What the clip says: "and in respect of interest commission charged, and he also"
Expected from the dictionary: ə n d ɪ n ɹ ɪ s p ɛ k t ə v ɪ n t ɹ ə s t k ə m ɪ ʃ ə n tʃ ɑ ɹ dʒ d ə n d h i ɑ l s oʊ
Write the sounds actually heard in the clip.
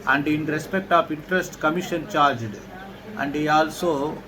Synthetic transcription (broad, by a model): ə n d ɪ n ɹ ɪ s p ɛ k t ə p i n t ɹ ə s t k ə m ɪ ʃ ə n tʃ ɑ ɹ dʒ d ə n d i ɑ l s oʊ